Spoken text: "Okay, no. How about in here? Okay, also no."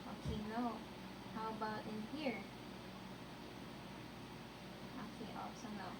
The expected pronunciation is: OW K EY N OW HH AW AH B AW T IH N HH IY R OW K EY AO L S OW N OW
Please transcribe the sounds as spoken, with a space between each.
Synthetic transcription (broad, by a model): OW K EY N OW HH AW AH B AW T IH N HH IY R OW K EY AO S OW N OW